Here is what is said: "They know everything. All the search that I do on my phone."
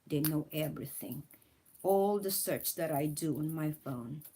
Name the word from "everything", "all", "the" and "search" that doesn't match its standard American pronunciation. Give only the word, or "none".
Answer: none